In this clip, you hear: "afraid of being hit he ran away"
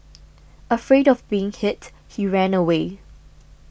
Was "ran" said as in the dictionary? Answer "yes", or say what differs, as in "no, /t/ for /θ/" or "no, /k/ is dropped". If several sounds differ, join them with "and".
yes